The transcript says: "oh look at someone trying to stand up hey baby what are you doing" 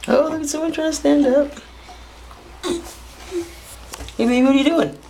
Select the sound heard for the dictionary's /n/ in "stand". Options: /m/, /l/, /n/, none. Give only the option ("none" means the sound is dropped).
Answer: /n/